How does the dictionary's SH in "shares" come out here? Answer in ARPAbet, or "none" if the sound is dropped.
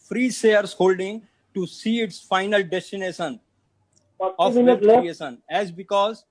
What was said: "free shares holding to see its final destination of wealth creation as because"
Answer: S